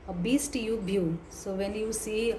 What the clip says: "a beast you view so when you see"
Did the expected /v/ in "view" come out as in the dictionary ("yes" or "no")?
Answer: no